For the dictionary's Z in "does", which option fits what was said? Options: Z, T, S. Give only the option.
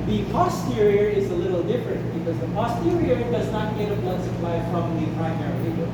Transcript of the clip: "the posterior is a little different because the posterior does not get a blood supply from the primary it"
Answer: Z